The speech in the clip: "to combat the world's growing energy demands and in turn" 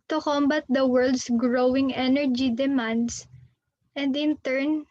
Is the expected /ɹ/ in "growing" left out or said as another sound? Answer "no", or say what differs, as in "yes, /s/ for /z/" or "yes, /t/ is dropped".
no